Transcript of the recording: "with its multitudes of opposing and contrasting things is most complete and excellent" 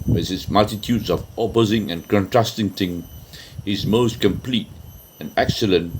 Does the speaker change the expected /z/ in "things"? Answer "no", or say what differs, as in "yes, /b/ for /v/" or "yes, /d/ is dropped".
yes, /z/ is dropped